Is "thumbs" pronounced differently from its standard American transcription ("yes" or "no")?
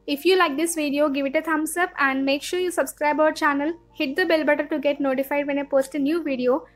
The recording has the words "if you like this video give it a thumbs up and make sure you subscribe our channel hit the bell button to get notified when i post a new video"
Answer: yes